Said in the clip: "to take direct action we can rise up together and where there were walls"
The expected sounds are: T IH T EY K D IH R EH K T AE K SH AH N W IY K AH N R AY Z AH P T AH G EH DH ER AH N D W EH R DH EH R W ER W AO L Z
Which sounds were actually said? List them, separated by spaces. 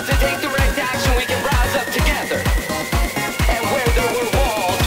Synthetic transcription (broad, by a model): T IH T EY K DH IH R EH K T AE K SH AH N W IY K AH N R AY Z AH P T AH G EH DH ER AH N W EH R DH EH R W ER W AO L